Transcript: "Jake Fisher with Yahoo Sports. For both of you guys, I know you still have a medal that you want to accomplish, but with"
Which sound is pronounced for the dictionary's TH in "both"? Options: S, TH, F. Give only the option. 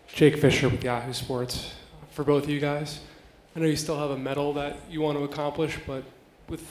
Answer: TH